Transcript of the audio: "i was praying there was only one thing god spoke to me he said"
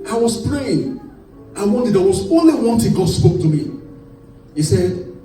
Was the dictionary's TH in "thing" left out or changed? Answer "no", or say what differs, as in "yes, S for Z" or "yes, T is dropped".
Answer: yes, T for TH